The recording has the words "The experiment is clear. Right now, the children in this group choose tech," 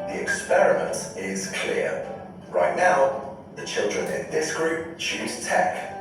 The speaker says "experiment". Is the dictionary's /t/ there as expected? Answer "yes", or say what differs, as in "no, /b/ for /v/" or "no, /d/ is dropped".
yes